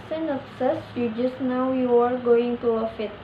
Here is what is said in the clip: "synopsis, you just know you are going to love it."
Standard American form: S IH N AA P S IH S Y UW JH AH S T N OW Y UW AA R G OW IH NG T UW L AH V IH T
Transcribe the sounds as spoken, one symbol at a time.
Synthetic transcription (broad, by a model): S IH N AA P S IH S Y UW JH AH S T N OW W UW AA R G OW IH NG T UW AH F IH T